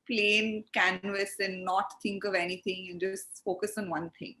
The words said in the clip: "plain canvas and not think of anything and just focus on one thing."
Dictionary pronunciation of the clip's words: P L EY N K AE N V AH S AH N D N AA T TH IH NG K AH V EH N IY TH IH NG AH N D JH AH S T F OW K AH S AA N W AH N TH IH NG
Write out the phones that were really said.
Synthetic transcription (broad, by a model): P L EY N K AE N V AH S AH N D N AA T T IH NG K AH V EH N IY T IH NG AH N JH AH S T F OW K AH S AA N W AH N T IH NG